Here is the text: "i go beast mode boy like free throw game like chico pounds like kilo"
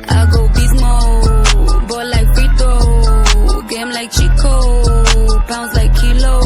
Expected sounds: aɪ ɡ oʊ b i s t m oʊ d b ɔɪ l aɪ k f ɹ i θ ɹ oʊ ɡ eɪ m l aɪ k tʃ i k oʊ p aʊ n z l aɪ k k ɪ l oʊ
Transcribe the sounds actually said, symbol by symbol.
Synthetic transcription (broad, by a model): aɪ ɡ oʊ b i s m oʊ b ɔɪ l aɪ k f i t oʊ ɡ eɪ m l aɪ k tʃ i k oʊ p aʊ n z l aɪ k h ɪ l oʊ